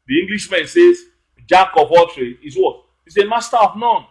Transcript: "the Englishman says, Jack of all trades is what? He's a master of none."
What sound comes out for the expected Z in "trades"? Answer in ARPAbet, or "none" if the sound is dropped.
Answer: none